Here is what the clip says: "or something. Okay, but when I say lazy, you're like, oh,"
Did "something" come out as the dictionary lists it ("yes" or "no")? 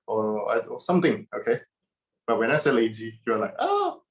no